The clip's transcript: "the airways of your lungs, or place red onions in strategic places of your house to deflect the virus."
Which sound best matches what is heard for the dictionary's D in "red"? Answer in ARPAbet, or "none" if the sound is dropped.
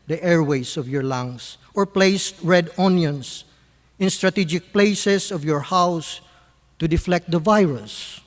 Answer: D